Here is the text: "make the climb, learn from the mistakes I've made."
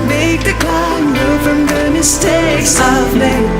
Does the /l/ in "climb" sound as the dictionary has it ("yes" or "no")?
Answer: no